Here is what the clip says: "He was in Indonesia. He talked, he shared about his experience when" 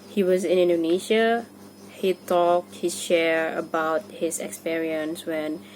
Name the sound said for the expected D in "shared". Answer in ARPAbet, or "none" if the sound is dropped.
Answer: none